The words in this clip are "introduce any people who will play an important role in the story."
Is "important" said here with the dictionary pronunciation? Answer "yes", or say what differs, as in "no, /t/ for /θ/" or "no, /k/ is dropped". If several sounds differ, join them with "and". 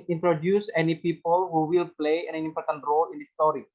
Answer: yes